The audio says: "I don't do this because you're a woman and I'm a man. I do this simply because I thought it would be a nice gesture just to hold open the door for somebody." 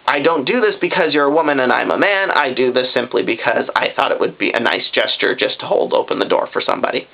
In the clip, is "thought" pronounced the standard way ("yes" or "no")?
yes